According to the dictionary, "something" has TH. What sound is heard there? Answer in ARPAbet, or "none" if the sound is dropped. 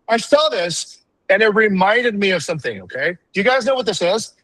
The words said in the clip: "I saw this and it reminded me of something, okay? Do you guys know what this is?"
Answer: TH